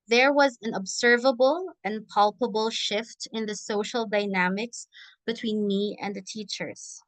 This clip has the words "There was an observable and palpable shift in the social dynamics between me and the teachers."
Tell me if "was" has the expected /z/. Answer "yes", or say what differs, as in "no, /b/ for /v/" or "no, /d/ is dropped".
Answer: yes